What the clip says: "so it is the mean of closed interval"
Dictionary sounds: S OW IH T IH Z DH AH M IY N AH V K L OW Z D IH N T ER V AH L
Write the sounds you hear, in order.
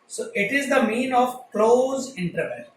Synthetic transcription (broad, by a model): S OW IH T IH Z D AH M IY N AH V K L OW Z IH N T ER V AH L